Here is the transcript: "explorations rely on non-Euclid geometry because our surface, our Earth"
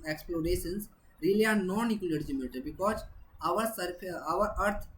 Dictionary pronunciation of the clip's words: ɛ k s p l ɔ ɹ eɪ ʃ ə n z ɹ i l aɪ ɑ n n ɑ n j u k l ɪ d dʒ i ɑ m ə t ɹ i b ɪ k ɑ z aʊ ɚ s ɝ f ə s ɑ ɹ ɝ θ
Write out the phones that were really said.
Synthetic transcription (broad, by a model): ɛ k s p l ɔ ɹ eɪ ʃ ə n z ɹ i l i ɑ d n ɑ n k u l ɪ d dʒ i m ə t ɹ b ɪ k ɑ z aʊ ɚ s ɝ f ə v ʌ ɹ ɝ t